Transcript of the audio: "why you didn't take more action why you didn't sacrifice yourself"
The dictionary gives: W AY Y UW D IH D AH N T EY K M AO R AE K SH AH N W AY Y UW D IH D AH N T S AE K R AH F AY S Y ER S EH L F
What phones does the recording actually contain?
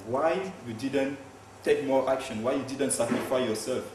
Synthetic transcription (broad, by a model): W AY Y UW D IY D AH N T EY K M AO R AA K SH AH N W AY Y UW D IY D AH N T S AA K AH F AY Y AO S EH L F